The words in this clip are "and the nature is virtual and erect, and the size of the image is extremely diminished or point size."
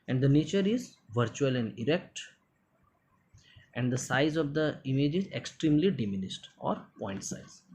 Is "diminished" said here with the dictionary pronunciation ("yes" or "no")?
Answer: no